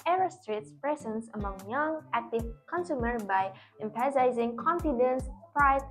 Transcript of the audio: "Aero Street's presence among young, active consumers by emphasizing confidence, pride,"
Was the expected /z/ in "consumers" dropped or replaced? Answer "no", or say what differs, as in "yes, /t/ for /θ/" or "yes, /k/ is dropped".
yes, /z/ is dropped